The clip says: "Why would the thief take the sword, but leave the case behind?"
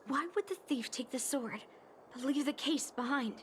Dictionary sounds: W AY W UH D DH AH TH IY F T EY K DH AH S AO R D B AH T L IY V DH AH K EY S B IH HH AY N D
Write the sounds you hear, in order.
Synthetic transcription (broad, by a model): W AY W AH D DH AH TH IY F T EY K DH AH S AO R D B AH T L IY V DH AH K EY S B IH HH AY N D